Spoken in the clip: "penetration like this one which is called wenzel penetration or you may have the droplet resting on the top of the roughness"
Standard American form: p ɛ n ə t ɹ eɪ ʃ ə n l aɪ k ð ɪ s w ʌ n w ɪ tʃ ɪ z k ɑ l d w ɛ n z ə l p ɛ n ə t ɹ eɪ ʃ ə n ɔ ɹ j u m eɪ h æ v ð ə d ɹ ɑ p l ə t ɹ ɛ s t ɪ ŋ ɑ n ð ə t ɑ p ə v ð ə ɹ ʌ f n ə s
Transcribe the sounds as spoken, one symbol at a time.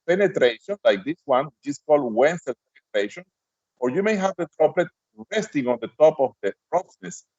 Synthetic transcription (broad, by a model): p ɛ n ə t ɹ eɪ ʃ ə n l aɪ k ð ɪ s w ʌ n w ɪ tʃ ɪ s k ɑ l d w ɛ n s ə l p ɛ n ə t ɹ eɪ ʃ ə n ɔ ɹ j u m eɪ h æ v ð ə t ɹ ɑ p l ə t ɹ ɛ s t ɪ ŋ ɑ n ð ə t ɑ p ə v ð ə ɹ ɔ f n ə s